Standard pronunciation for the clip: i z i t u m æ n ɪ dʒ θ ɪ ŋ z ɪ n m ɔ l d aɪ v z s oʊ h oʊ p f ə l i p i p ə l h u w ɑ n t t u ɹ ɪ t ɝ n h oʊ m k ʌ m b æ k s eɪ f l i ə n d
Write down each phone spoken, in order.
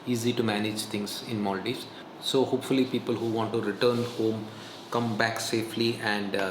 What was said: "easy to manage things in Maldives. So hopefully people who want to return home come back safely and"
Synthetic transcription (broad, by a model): i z i t u m æ n ɪ dʒ t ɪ ŋ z ɪ n m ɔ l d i z s oʊ h oʊ p f ə l i p i p ə l h u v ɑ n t t u ɹ ɪ t ɝ n h oʊ m k ʌ m b æ k s eɪ f l i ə n d